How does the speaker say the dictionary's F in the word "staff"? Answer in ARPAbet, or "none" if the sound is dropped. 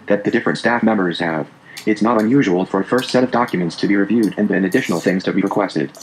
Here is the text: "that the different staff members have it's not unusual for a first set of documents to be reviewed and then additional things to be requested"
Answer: F